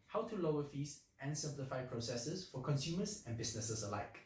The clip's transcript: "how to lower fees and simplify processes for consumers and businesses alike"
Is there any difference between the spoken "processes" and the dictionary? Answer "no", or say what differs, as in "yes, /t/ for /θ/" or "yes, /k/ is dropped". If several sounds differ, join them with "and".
yes, /s/ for /z/